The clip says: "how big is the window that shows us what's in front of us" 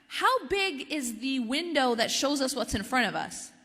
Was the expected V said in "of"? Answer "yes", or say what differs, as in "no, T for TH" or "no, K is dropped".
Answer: yes